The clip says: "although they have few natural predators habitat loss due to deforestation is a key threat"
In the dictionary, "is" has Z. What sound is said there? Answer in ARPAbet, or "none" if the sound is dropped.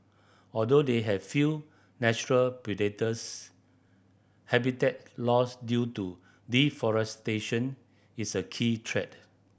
S